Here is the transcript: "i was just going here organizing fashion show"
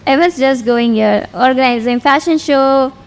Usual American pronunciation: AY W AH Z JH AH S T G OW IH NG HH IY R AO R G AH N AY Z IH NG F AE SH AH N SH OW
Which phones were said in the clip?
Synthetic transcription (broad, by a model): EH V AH S JH AH S T G OW IH NG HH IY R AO R G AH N AY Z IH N F AE SH AH N SH OW